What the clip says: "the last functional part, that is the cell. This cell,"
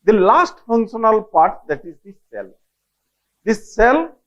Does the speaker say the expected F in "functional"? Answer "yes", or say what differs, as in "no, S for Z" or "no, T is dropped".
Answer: yes